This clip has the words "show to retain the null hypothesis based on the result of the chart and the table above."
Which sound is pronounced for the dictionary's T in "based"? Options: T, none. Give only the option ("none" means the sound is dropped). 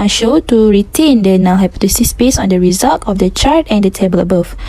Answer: none